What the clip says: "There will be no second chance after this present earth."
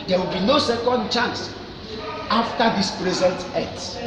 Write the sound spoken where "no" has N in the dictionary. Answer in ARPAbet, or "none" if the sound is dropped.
N